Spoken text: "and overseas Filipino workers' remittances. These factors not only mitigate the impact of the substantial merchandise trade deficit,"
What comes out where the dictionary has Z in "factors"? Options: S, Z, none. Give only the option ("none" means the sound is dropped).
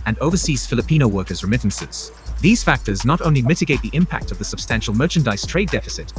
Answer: Z